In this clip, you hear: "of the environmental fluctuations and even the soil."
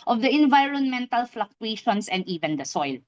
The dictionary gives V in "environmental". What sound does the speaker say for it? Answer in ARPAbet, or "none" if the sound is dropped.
V